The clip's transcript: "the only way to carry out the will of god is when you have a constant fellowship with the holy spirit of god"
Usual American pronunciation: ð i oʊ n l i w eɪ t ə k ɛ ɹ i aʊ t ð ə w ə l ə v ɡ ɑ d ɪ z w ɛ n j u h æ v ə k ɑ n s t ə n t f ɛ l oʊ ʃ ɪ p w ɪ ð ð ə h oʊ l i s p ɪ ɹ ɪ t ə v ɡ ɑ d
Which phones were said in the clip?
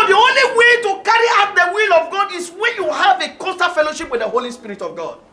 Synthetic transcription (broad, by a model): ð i oʊ n l i w eɪ t ə k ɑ ɹ i aʊ t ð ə w ə l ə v ɡ ɑ d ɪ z w ɛ n j u h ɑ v ə k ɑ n s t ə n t f ɛ l oʊ ʃ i p w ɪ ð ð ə h oʊ l i s p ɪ ɹ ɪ t ə v ɡ ɑ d